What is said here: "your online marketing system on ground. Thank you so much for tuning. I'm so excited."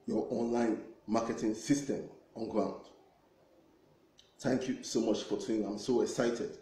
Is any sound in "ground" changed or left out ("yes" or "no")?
no